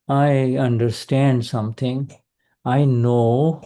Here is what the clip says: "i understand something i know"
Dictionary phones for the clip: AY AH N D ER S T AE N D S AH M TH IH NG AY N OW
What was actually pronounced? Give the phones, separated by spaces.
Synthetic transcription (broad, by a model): AY AH N D ER S T AE N D S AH M T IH NG AY N OW